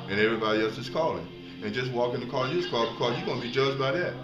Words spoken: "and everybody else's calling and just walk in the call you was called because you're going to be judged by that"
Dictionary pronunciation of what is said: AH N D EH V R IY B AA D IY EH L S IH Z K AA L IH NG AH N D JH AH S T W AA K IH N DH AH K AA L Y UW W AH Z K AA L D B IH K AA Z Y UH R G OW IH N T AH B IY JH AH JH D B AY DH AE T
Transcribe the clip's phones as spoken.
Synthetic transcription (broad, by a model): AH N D EH V R IY B AA D IY EH L S IH Z K AA L IH NG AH N JH AH S T W AA K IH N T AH K AA L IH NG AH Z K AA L B IH K AA Z Y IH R G OW IH N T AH B IY JH AH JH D B AY DH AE T